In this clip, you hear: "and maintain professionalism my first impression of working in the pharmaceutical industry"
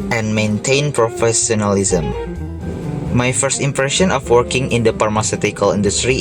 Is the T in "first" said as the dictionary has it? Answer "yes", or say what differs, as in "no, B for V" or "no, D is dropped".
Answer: yes